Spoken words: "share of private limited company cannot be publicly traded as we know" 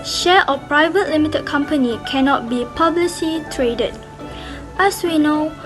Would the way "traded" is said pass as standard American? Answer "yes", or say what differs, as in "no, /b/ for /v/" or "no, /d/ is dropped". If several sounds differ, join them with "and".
yes